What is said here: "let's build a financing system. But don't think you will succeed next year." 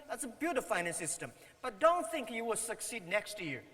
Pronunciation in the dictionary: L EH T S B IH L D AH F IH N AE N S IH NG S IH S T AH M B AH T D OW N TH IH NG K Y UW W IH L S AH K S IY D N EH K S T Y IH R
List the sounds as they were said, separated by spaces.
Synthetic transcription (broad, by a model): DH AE T S B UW D AH F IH IH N IH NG S IH S T AH M B AH T D OW N TH IH NG K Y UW W IH L S AH K S IY D N EH K S T Y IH